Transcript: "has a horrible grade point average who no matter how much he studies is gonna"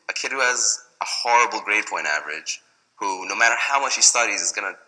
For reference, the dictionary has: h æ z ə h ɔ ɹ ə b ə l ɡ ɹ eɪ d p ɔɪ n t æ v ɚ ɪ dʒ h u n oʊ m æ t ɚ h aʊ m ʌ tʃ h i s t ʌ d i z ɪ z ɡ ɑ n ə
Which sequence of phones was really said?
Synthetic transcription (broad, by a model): h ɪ z ə h ɔ ɹ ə b l ɡ ɹ eɪ d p ɔɪ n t æ v ɚ ɪ dʒ h u n oʊ m æ t ɚ h aʊ m ʌ tʃ h i s t ʌ d i z ɪ z ɡ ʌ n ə